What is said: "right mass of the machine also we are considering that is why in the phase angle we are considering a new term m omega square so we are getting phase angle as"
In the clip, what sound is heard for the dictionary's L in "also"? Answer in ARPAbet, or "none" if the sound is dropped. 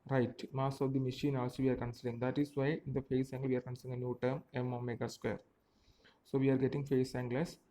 none